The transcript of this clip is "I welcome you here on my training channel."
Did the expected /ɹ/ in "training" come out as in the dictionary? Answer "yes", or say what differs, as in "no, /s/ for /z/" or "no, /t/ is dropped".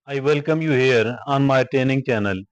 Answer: no, /ɹ/ is dropped